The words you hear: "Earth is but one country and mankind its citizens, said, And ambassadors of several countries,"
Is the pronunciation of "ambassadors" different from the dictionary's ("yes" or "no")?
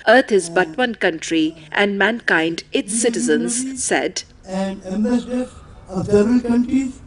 yes